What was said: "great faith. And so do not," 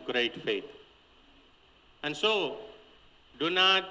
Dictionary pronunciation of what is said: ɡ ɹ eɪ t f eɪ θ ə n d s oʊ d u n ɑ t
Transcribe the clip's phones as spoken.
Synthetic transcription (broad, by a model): ɡ ɹ eɪ t f eɪ t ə n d s oʊ d u n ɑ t